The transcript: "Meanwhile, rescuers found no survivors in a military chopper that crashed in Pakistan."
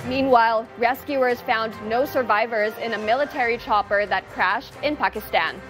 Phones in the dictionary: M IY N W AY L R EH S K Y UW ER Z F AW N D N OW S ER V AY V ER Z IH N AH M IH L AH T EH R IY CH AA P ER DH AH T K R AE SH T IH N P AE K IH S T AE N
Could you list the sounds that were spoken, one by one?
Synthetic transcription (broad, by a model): M IY N W AY L R EH S K Y UW ER Z F AW N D N OW S ER V AY V ER Z IH N AH M IH L AH T EH R IY CH AA P ER DH AH T K R AE SH T IH N P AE K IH S T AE N